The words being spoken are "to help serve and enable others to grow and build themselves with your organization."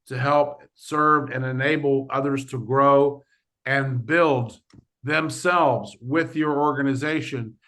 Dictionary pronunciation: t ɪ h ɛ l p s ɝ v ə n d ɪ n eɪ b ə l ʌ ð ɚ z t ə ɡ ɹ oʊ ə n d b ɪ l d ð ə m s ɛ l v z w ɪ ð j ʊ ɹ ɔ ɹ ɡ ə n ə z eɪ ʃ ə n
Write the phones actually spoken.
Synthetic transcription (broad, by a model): t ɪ h ɛ l p s ɝ v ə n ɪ n eɪ b l ʌ ð ɚ z t ə ɡ ɹ oʊ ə n b ɪ l d ð ə m s ɛ l v z w ɪ ð j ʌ ɹ ɔ ɹ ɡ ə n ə z eɪ ʃ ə n